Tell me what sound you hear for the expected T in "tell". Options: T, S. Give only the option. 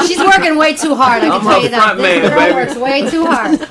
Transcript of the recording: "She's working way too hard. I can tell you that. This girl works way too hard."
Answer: S